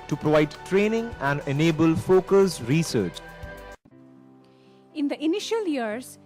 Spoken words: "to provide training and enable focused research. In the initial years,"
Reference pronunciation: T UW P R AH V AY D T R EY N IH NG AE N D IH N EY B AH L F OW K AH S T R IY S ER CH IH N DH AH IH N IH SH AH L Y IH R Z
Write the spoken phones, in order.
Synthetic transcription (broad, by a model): T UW P R AH V AY D T R EY N IH NG AE N D IH N EY B AH L F OW K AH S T R IY S ER CH IH N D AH IH N IH SH AH L Y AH R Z